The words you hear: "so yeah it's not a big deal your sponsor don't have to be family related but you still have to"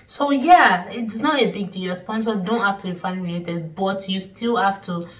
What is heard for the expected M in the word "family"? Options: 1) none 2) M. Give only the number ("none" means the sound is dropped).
1